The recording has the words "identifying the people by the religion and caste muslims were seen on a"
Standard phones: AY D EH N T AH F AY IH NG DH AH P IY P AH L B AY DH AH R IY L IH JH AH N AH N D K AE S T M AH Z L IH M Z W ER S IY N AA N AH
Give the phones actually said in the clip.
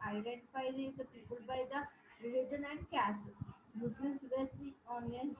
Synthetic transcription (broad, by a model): AY D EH N T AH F AY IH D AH P IY P AH L B AY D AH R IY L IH JH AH N AH N D K AE S T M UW S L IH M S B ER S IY AA N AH